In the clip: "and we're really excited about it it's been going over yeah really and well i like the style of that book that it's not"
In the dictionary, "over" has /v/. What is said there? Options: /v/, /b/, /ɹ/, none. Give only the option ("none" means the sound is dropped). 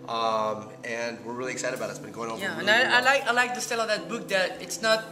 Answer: none